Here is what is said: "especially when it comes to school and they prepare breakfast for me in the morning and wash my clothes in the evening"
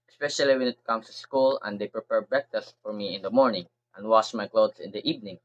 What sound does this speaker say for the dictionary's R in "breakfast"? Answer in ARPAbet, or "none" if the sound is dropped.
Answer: none